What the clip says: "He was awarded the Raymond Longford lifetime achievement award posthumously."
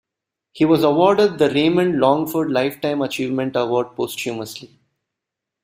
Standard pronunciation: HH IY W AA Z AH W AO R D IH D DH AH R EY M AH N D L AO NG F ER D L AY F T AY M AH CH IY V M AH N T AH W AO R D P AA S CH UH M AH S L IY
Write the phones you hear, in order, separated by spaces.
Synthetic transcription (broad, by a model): HH IY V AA Z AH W AO R D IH D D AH R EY M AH N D L AO NG F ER D L AY F T AY M AH CH IY V M AH N T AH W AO R D P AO S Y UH M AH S L IY